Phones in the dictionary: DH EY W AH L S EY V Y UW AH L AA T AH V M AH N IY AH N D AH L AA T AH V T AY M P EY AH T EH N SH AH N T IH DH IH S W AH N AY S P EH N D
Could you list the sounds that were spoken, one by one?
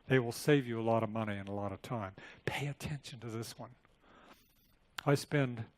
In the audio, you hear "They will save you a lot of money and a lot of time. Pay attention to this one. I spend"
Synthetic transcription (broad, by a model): DH EY W AH L S EY V Y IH AH L AA T AH V M AH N IY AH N AH L AA T AH V T AY M P EY AH T EH N SH AH N T IH DH IH S W AH N AY S P EH N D